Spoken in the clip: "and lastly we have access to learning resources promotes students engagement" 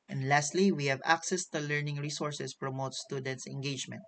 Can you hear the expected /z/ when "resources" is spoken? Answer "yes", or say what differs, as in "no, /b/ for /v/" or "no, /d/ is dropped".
no, /s/ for /z/